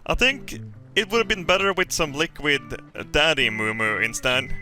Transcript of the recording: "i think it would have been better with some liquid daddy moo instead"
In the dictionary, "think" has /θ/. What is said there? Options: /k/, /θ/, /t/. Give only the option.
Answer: /θ/